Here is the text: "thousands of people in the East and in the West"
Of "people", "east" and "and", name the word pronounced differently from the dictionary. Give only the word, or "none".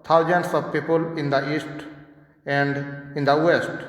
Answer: none